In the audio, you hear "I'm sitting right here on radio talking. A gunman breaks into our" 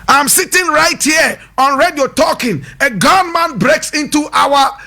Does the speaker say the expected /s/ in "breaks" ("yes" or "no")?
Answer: yes